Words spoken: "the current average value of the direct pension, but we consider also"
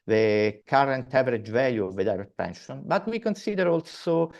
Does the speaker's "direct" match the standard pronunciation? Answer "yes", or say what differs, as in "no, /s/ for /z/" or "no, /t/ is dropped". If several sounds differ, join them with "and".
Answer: no, /k/ is dropped